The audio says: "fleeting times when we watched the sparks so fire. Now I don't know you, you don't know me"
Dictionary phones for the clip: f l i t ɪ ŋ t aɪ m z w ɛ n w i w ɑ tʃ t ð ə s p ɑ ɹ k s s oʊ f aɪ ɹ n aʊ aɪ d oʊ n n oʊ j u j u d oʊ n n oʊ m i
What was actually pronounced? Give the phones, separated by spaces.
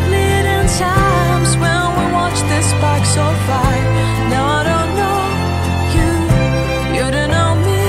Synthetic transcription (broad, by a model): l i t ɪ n t aɪ m z w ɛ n w i w ɑ tʃ ð ə s b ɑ k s s oʊ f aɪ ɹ n aʊ aɪ d oʊ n n oʊ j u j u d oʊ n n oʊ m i